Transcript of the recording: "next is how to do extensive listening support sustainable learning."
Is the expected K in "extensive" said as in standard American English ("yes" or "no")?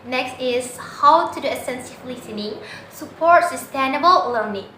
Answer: no